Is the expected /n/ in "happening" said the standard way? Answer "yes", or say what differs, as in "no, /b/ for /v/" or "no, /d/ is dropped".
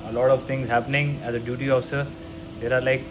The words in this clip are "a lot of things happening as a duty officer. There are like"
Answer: yes